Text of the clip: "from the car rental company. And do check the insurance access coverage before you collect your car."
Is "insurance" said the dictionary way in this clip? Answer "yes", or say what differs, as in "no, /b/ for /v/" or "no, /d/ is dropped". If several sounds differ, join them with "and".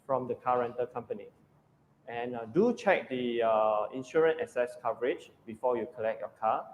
no, /s/ is dropped